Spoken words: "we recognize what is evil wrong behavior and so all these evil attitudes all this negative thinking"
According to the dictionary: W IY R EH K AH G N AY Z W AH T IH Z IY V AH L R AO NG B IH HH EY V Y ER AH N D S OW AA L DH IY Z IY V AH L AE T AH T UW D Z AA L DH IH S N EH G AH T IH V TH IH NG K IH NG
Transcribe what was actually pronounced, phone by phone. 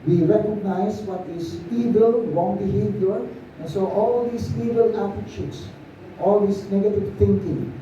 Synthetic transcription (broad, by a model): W IY R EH K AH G N AY S W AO T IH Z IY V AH L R AO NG B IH HH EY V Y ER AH N S OW AA L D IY S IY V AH L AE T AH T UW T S AA L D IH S N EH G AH T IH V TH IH NG K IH NG